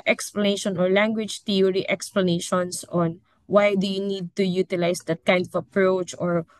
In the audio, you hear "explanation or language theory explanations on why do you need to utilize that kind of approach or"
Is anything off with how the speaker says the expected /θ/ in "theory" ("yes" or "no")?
yes